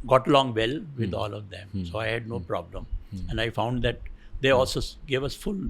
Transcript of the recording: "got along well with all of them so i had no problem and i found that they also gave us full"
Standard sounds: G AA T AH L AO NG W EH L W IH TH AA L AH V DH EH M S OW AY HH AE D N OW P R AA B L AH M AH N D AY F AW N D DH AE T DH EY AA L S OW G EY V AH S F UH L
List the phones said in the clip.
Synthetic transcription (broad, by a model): G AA T AH L AO NG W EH L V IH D AA L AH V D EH M S OW AY HH AE D N OW P R AA B L AH M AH N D AY F AW N D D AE T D EY AA L S OW G EY V AH S F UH L